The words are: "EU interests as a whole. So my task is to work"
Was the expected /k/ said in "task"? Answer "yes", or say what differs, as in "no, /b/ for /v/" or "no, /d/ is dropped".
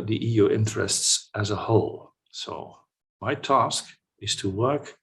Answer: yes